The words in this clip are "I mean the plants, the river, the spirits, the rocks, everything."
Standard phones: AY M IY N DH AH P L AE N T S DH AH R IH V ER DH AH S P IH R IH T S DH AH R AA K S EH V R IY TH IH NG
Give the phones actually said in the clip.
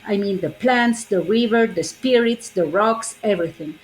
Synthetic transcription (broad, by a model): AY M IY N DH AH P L AE N T S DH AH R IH V ER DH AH S P IH R IH T S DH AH R AA K S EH V R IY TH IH NG